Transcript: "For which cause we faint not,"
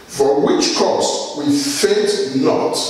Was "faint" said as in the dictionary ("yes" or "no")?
no